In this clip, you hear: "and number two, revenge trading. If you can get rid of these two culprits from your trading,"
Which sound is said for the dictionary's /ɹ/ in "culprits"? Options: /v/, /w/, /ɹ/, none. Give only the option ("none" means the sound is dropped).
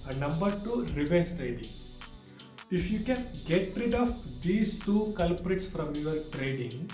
/ɹ/